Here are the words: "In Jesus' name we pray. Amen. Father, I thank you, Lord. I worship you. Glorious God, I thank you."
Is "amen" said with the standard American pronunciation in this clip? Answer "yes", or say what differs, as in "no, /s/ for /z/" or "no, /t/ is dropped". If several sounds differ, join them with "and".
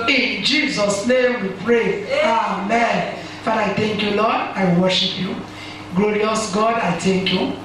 yes